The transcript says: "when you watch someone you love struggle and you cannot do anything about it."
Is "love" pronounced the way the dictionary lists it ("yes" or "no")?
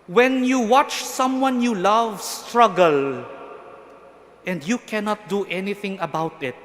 yes